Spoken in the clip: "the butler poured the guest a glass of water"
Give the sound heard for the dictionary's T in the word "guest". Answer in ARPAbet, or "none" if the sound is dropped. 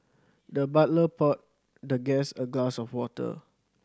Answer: none